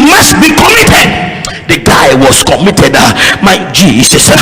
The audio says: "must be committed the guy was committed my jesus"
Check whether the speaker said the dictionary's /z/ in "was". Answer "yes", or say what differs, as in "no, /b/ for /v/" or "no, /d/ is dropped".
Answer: no, /s/ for /z/